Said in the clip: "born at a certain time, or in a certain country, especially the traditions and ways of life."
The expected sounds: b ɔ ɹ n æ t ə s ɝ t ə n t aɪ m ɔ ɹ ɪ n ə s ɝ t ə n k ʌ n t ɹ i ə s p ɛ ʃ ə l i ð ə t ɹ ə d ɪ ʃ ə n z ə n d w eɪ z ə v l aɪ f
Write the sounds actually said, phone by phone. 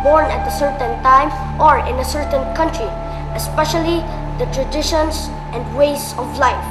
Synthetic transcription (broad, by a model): b ɔ ɹ n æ t ə s ɝ t ə n t aɪ m ɔ ɹ ɪ n ə s ɝ t ə n k ʌ n t ɹ i ə s p ɛ ʃ ə l i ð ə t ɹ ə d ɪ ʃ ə n s ə n d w eɪ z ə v l aɪ f